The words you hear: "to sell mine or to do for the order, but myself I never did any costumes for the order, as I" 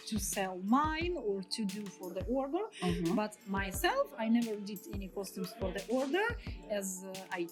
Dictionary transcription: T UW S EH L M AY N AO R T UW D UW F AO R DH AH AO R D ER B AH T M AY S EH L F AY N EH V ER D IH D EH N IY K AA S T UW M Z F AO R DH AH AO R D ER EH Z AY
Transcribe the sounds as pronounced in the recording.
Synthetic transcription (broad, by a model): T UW S EH L M AY N AO R T UW D UW F AO R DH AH AO R D ER B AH T M AY S EH L F AY N EH V ER D IH D EH N IY K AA S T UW M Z F AO R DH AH AO R D ER EH Z AY